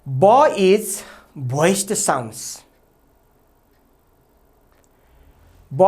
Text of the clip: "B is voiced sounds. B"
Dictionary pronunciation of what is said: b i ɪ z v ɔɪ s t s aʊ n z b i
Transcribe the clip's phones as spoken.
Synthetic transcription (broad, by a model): b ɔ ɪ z b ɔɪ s t s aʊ n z b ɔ